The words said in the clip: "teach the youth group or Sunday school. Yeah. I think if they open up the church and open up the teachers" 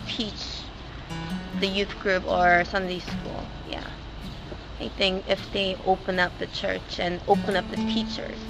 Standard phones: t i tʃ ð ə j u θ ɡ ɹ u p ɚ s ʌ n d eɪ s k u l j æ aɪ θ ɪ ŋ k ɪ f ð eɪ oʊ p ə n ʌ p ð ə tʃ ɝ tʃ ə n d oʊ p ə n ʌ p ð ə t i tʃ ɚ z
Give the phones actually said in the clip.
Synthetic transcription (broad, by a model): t i tʃ ð ə j u θ ɡ ɹ u p ɚ s ʌ n d eɪ s k u l j æ aɪ θ ɪ ŋ k ɪ f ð eɪ oʊ p ə n ʌ p ð ə tʃ ɝ tʃ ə n oʊ p ə n ʌ p ð ə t i tʃ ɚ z